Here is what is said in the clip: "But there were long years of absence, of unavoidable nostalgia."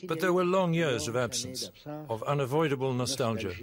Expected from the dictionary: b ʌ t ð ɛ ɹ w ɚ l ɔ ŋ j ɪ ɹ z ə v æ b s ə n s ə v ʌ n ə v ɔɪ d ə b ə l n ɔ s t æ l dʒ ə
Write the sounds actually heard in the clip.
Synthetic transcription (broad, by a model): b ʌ t ð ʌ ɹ w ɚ l ɔ ŋ j ɪ ɹ z ə v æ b s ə n s ə v ʌ n ə v ɔɪ d ə b ə l n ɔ s t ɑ l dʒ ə